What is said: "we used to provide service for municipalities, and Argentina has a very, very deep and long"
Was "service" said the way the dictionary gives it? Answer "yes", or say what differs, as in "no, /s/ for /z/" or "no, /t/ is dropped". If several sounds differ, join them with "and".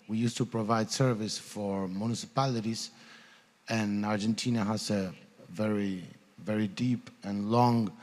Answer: yes